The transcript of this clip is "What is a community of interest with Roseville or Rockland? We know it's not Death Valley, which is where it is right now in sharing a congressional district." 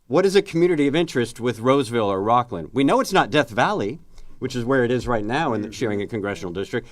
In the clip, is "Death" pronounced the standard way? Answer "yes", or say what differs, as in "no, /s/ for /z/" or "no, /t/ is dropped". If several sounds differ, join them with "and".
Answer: yes